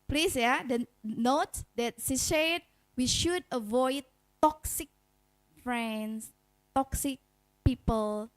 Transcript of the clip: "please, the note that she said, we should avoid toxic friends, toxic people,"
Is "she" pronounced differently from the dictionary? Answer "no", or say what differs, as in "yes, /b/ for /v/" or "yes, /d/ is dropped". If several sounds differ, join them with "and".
yes, /s/ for /ʃ/